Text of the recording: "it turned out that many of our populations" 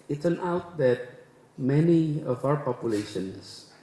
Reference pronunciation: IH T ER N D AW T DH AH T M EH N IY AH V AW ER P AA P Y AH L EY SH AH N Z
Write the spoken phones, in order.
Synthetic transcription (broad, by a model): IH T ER N AW T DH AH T M EH N IY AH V AW ER P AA P Y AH L EY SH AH N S